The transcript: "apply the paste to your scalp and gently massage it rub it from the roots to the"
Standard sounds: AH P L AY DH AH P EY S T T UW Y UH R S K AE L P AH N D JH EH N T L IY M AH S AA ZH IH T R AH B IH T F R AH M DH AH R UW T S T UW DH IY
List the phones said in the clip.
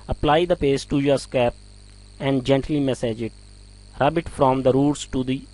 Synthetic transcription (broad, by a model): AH P L AY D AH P EY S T T UW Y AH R S K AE P AH N D JH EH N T L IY M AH S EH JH IH T R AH B IH T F R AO M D AH R UW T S T UW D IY